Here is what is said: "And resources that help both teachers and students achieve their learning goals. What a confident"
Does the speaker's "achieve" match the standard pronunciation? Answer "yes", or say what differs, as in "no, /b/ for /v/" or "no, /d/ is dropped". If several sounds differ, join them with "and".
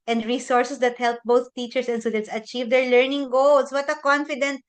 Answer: yes